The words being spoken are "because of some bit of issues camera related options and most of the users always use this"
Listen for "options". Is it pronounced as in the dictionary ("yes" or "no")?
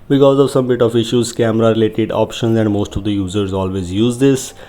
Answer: yes